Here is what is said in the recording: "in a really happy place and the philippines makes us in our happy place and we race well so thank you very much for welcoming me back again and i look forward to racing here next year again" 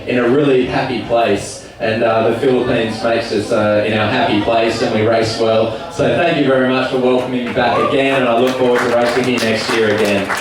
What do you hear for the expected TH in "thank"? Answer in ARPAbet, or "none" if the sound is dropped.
TH